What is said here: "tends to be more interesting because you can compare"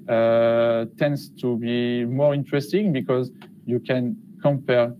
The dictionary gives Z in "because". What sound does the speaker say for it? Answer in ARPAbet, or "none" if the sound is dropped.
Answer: Z